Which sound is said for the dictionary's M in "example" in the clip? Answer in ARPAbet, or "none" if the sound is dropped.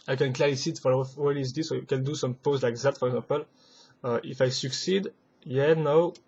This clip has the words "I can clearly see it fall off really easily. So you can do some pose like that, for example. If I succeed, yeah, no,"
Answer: none